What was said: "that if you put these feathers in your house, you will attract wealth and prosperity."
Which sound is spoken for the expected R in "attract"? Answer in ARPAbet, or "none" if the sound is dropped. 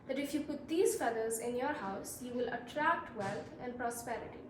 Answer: R